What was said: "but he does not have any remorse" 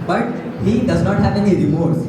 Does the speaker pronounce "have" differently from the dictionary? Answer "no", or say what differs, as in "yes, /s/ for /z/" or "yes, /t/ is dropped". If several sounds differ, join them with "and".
yes, /p/ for /v/